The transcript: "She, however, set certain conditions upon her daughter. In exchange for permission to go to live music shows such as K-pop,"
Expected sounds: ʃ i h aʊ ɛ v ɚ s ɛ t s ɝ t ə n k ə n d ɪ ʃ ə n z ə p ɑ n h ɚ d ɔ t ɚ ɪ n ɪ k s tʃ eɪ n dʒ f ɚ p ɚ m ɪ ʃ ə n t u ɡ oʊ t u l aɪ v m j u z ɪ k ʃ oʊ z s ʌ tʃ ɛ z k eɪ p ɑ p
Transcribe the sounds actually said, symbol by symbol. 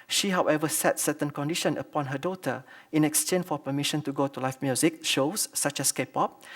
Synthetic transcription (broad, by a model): ʃ i h aʊ ɛ v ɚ s ɛ t s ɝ t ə n k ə n d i ʃ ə n ə p ɑ n h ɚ d ɔ t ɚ ɪ n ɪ k s tʃ eɪ n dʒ f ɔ p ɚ m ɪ ʃ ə n t u ɡ oʊ t u l aɪ f m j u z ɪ k ʃ oʊ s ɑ tʃ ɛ s k eɪ p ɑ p